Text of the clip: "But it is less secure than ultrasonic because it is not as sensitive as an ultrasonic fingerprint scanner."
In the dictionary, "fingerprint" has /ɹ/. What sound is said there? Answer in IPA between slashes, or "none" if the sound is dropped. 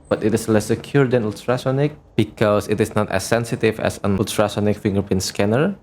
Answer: none